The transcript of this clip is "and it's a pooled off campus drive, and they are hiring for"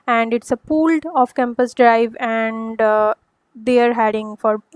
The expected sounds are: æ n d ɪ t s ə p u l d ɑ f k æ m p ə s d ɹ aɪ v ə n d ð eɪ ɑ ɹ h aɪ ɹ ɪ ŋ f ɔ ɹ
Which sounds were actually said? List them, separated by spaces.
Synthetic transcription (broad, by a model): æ n d ɪ t s ə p u l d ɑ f k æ m p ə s d ɹ aɪ v ə n d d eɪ ɑ ɹ h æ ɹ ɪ ŋ f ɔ ɹ